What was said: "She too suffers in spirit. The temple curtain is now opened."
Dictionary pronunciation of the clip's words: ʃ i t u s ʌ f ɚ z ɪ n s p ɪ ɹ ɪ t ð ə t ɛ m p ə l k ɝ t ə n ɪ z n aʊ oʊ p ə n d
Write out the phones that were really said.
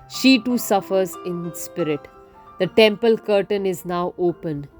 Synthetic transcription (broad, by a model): ʃ i t u s ʌ f ɚ z ɪ n s p ɪ ɹ ɪ t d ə t ɛ m p ə l k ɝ t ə n ɪ z n aʊ oʊ p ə n